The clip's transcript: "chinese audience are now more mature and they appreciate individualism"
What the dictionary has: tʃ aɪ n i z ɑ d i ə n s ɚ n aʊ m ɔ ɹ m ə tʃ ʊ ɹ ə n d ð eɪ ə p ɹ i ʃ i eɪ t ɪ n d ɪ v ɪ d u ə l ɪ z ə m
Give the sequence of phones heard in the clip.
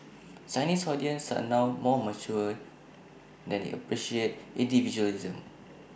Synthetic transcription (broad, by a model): s aɪ n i s ɑ d i ə n s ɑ n aʊ m ɔ m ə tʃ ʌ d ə n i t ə p ɹ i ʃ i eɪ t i n d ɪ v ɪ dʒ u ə l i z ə m